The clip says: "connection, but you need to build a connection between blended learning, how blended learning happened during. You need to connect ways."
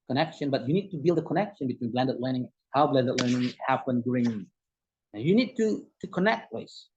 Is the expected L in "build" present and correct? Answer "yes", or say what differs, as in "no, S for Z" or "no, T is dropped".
yes